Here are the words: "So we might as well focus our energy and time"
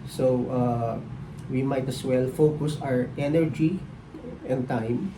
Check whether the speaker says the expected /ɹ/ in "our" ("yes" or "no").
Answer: yes